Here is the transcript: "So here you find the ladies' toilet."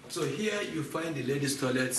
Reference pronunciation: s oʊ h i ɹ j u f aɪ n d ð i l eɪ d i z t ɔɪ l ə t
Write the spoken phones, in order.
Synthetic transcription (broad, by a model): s oʊ h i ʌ j u f aɪ n d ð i l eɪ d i s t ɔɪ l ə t